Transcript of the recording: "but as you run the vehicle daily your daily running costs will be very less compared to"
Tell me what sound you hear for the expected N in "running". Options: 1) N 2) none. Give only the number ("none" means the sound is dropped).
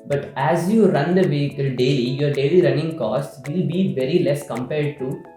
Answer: 1